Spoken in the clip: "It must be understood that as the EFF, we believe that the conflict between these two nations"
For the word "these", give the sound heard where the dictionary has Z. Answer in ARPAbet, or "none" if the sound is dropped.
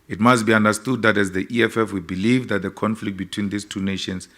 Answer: S